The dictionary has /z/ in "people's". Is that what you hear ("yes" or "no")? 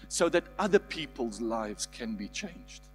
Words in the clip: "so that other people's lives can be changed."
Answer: yes